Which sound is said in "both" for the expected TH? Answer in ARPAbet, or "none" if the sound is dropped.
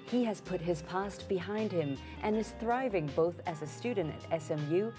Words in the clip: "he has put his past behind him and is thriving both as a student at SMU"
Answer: TH